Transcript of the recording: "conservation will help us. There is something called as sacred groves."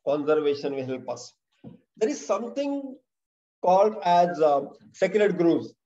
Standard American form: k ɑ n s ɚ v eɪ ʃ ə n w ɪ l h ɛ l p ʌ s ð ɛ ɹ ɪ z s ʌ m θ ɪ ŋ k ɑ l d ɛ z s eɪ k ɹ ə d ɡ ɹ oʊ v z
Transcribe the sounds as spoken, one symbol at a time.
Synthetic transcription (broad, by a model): k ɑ n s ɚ v eɪ ʃ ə n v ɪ h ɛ l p ʌ s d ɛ ɹ ɪ z s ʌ m t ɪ ŋ k ɑ l d ɛ z s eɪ k ɹ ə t ɡ ɹ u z